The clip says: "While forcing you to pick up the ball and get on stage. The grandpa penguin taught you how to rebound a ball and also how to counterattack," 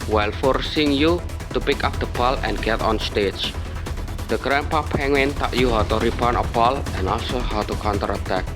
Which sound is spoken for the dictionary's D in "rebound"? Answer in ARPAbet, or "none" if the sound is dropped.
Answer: none